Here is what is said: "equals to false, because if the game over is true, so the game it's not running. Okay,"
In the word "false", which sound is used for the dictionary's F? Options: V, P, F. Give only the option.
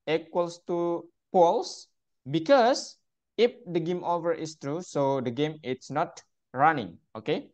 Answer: P